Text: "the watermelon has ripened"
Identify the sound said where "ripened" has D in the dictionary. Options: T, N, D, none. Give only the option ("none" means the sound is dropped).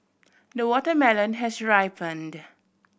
D